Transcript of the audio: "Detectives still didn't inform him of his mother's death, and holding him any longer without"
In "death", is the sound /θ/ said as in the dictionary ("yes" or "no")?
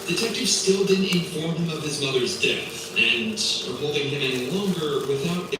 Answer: yes